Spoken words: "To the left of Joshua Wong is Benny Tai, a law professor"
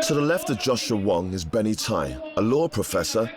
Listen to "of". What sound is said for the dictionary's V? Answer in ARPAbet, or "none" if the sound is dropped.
V